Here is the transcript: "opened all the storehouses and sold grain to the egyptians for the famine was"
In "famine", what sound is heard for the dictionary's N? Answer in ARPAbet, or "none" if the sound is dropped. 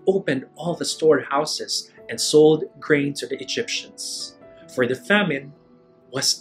N